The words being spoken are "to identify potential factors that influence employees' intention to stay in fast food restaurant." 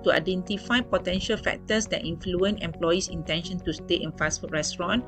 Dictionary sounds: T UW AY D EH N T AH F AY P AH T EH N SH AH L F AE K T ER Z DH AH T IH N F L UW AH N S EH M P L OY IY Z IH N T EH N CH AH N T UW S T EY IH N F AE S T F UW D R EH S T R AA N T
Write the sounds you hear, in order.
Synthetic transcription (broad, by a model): T UW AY D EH N T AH F AY P AH T EH N SH AH L F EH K T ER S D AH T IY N F L UW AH N EH M P L OY IY S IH N T EH N SH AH N T UW S T EY IH N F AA S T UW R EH S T R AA N